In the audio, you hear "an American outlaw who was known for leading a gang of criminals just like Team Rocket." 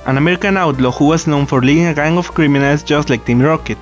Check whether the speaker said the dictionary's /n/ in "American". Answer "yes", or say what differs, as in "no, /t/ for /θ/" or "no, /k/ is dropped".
yes